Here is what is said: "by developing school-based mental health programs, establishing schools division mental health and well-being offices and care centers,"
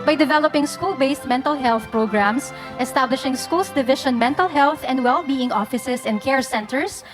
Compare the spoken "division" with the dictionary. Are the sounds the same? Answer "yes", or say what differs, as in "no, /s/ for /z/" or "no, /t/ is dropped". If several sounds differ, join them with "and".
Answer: no, /ʃ/ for /ʒ/